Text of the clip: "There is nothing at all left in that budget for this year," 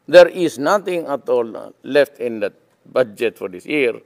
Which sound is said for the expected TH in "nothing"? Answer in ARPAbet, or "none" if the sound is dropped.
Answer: T